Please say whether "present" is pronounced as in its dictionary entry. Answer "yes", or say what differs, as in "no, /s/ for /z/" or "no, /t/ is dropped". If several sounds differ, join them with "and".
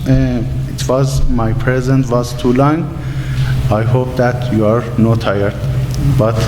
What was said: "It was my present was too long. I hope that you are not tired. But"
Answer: yes